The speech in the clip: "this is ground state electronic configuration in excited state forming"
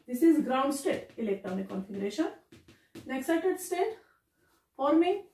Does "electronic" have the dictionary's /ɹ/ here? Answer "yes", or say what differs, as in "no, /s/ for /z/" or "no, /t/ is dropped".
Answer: no, /ɹ/ is dropped